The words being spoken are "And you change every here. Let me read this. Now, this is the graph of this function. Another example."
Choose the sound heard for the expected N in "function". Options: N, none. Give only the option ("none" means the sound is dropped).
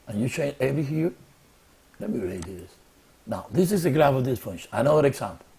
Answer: none